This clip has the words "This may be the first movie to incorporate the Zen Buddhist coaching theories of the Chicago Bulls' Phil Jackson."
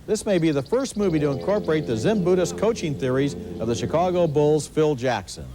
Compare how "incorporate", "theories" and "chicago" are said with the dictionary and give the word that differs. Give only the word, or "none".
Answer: none